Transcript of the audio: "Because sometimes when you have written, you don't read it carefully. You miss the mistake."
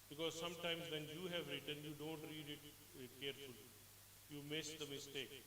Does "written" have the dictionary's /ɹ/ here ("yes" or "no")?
yes